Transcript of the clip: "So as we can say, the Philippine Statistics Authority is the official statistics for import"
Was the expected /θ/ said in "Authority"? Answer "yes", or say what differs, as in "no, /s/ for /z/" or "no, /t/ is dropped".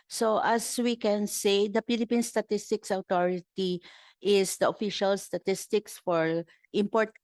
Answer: no, /t/ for /θ/